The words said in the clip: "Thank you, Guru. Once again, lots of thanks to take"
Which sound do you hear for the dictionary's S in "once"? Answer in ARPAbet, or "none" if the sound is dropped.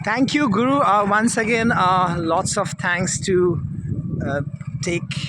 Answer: S